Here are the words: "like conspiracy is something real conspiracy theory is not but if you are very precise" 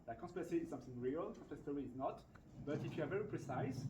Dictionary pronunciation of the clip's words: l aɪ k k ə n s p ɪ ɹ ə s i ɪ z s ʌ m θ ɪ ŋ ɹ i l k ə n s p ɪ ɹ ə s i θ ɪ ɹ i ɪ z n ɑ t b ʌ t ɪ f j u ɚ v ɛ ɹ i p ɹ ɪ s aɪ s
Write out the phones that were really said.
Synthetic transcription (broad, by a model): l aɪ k k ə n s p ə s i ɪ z s ʌ m θ ɪ ŋ ɹ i l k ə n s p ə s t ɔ ɹ i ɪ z n ɑ t b ʌ t ɪ f j u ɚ v ɛ ɹ i p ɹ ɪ s aɪ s